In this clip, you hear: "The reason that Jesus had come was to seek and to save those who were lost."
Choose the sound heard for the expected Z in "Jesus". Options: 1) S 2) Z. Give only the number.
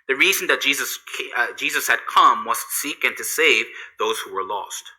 2